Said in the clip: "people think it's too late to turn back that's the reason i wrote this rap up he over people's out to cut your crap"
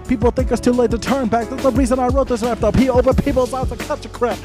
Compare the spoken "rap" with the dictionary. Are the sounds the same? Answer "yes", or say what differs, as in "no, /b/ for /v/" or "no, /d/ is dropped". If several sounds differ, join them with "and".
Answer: no, /l/ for /ɹ/